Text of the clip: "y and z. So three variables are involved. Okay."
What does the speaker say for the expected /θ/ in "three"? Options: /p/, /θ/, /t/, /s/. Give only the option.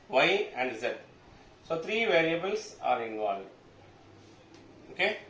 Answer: /t/